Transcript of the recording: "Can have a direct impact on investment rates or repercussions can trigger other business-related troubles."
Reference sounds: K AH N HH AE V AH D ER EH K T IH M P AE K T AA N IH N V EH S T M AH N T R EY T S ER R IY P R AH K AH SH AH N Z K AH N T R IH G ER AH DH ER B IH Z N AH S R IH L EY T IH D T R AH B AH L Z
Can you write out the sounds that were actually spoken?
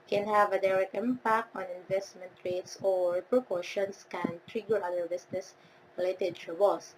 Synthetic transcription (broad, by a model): K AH N HH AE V AH D ER EH K T IH M P AE K T AA N IH N V EH S T M AH N T R EY T S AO R P R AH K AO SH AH N S K AH N T R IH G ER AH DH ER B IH S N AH S R IH L EY T IH D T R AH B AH L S